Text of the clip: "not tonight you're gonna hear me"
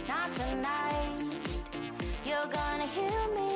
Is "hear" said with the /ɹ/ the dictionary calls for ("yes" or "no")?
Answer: no